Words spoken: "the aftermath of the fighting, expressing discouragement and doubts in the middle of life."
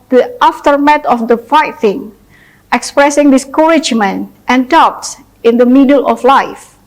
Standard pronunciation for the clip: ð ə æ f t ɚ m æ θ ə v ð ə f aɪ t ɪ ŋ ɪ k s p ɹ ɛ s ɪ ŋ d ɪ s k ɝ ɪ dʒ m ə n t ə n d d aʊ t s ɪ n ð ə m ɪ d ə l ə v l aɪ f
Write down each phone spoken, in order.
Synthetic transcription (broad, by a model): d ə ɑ f t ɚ m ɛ t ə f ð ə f aɪ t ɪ ŋ ɪ k s p ɹ ɛ s ɪ ŋ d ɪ s k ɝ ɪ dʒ m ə n t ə n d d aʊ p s ɪ n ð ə m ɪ d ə l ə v l aɪ f